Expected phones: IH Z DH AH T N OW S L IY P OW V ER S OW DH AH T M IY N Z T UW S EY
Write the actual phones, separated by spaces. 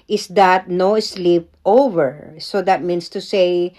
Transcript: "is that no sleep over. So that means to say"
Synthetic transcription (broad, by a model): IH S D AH T N OW S L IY P OW V ER S OW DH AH T M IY N S T UW S EY